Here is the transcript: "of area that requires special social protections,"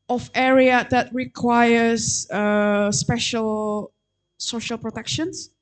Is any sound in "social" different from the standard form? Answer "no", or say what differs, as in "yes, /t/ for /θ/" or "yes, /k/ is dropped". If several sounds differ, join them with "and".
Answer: no